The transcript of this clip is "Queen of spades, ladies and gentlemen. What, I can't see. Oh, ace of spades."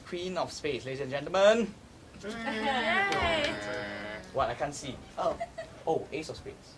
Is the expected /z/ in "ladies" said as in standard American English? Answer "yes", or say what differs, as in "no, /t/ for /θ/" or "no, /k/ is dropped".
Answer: no, /z/ is dropped